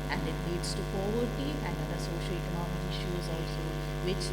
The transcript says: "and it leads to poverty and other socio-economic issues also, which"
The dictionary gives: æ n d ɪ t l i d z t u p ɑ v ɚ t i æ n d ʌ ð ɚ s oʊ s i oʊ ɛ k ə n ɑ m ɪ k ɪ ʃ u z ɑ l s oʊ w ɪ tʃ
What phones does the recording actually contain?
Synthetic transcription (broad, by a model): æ n d ɪ t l i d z t u p ɑ v ɚ t i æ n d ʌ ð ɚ s oʊ ʃ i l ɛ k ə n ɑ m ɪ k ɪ ʃ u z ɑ s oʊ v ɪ tʃ